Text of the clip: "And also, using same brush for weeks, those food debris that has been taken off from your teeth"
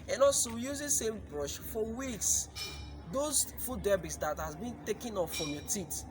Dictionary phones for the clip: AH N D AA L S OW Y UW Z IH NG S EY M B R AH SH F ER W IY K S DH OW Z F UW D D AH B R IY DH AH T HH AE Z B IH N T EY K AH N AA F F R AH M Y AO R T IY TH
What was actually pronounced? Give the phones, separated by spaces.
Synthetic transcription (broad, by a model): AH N AA L S OW Y UW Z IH S EY M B R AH SH F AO W IY K S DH OW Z F UW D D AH B IY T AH T HH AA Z B IH N T EY K AH N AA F F R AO M Y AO T IY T